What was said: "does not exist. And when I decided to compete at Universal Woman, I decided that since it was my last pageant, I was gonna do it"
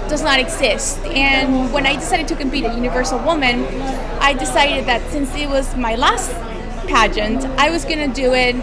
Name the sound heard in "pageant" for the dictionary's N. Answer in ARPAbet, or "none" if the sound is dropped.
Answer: N